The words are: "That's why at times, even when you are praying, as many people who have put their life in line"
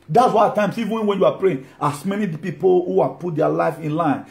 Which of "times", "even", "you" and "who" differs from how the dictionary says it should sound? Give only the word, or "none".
times